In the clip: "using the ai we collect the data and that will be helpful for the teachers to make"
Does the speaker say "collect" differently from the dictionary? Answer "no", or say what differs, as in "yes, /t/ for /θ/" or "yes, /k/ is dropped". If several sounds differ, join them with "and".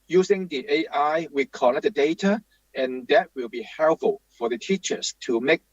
yes, /n/ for /l/